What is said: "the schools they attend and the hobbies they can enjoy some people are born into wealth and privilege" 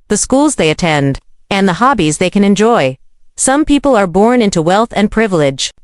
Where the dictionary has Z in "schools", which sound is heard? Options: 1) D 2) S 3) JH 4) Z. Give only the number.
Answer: 4